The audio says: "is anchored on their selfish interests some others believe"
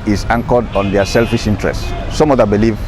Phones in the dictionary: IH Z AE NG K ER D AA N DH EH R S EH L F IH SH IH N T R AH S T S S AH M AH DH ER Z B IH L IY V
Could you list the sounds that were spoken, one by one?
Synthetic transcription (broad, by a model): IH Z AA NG K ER D AA N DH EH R S EH L F IH SH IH N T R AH S T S S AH M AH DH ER B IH L IY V